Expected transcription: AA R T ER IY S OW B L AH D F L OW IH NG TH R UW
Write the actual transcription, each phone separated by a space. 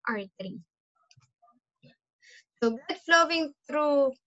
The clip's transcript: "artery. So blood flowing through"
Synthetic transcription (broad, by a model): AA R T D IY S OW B AH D F L OW IH NG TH R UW